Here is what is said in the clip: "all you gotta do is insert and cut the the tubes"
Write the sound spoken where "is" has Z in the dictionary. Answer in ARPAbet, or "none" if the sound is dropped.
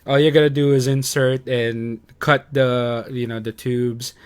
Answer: Z